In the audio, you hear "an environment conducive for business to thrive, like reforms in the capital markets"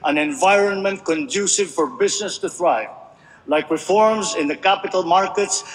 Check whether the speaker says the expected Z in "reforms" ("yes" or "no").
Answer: yes